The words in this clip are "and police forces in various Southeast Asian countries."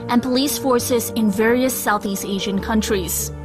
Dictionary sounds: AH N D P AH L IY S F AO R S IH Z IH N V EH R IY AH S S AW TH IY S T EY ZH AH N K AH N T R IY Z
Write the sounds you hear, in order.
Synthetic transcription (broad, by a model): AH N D P AH L IY S F AO R S IH Z IH N V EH R IY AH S S AW TH IY S T EY ZH AH N K AH N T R IY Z